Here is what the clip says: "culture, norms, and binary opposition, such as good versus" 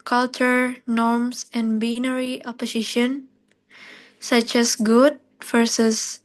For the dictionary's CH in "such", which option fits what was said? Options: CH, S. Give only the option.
CH